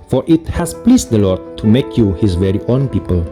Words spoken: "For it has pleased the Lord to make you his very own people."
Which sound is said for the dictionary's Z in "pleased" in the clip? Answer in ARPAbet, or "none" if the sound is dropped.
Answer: S